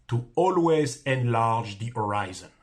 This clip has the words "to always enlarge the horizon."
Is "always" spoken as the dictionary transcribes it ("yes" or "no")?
yes